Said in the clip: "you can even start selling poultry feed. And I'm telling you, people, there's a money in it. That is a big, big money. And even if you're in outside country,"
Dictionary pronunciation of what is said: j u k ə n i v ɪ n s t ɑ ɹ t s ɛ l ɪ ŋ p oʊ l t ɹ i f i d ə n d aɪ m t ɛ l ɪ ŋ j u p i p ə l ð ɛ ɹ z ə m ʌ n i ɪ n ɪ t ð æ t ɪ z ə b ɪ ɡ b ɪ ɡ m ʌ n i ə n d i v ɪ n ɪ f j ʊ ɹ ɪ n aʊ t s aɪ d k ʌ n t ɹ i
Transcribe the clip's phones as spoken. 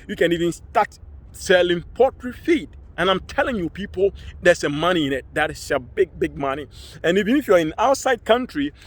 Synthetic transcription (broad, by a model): j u k ə n i v ɪ n s t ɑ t s ɛ l ɪ ŋ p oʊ t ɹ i f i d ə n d aɪ m t ɛ l ɪ ŋ j u p i p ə l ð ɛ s ə m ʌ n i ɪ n ɪ t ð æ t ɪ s ə b ɪ ɡ b ɪ ɡ m ʌ n i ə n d i v ɪ n ɪ f j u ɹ ɪ n aʊ t s aɪ d k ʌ n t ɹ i